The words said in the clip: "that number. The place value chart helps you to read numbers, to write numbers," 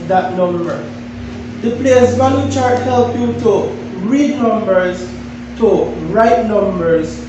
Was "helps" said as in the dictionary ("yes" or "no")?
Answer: no